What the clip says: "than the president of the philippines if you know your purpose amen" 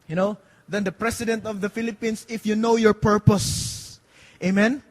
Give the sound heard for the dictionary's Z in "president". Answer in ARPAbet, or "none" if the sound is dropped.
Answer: S